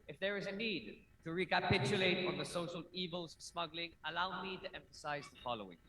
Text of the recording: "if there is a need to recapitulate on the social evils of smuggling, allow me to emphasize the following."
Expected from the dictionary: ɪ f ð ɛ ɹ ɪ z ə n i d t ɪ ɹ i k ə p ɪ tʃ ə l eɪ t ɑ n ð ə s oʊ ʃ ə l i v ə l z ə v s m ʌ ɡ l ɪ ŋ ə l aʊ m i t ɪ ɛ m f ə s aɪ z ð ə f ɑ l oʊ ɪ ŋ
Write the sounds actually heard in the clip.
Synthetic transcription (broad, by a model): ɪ f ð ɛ ɹ ɪ z ə n i d t ɪ ɹ i k ə p ɪ tʃ ə l eɪ t ɑ n ð ə s oʊ ʃ ə l i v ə l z s m ʌ ɡ l ɪ ŋ ə l aʊ m i t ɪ ɛ m f ə s aɪ z ð ə f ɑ l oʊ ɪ ŋ